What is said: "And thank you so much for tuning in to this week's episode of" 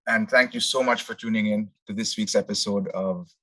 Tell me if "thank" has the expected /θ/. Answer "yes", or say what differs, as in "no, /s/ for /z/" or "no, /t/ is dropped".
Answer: no, /t/ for /θ/